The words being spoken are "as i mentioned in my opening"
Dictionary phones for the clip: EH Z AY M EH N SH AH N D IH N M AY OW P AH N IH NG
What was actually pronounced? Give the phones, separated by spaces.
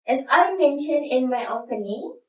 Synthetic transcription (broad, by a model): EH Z AY M EH N SH AH N D IH N M AY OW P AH N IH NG